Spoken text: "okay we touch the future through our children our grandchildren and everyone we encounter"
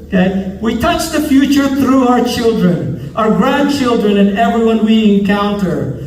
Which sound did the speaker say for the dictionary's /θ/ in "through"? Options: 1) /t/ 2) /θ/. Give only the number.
2